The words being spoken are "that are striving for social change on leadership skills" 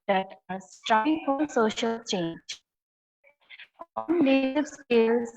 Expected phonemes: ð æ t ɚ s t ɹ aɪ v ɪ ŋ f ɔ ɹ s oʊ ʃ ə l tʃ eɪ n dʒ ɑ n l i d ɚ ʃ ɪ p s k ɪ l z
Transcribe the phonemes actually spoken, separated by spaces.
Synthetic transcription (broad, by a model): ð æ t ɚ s t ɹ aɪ ɪ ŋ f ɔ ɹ s oʊ ʃ ə l tʃ eɪ n dʒ ɑ n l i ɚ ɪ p s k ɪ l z